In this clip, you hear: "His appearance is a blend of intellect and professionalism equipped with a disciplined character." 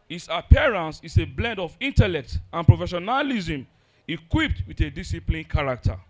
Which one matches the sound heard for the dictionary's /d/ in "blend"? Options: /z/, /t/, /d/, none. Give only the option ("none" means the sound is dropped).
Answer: /d/